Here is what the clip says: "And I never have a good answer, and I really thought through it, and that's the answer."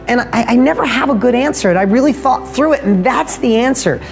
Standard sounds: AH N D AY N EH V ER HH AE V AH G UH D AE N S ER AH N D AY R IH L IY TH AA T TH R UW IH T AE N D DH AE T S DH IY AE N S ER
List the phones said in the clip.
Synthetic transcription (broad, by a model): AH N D AY N EH V ER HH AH V AH G UH D AE N S ER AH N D AY R IH L IY TH AA T TH R UW IH T N DH AE T S DH IY AE N S ER